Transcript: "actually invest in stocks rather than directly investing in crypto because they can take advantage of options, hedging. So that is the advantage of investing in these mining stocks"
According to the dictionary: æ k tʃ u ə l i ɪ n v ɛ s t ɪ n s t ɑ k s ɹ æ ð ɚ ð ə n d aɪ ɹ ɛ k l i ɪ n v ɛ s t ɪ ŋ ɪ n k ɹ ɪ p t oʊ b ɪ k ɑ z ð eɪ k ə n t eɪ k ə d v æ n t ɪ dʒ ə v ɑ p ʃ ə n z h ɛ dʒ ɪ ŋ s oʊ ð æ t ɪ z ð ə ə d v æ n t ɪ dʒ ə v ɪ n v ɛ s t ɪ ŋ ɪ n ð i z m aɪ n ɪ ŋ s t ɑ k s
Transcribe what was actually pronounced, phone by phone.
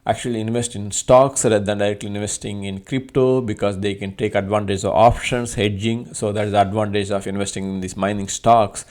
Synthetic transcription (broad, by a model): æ k tʃ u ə l i ɪ n v ɛ s t ɪ n s t ɑ k s ɹ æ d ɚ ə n d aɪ ɹ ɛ k l i ɪ n v ɛ s t ɪ ŋ ɪ n k ɹ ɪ p t oʊ b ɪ k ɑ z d eɪ k ə n t eɪ k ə d v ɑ n t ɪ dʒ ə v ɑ p ʃ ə n s h ɛ dʒ ɪ ŋ s oʊ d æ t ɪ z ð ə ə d v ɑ n t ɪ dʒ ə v ɪ n v ɛ s t ɪ ŋ ɪ n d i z m aɪ n ɪ ŋ s t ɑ k s